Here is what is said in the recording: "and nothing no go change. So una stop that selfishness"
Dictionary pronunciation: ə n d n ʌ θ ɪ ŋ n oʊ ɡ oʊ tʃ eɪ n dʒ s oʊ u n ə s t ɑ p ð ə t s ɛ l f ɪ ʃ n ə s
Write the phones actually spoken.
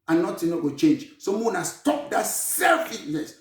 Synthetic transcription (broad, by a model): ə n n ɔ t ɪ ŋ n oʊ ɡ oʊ tʃ eɪ n dʒ s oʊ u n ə s t ɑ p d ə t s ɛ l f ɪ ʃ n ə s